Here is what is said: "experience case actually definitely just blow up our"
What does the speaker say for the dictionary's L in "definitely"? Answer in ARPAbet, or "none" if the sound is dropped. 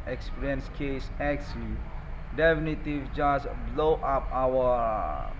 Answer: none